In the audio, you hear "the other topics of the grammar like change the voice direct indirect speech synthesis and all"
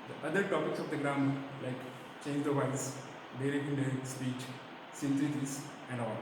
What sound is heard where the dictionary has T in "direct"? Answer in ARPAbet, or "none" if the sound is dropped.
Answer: none